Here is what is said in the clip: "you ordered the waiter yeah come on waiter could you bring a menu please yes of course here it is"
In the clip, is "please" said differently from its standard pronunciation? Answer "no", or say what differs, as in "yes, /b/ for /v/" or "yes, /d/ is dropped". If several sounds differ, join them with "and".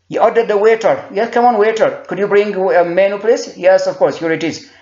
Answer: yes, /s/ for /z/